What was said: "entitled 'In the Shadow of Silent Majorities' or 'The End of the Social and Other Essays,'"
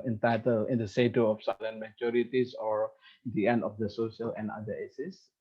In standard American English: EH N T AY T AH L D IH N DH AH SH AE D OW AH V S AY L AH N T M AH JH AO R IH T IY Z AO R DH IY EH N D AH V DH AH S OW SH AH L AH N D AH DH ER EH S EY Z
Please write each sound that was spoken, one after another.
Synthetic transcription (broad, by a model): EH N T AY T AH L IH N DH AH S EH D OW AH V S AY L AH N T M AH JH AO R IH T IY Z AO R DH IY EH N D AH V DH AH S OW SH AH L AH N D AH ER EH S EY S